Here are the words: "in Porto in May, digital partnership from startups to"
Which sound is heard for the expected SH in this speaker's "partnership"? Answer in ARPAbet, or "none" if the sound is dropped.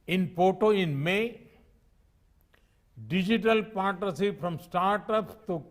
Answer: S